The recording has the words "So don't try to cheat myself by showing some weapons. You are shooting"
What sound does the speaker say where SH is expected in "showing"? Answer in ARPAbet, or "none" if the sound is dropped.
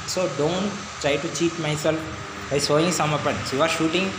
S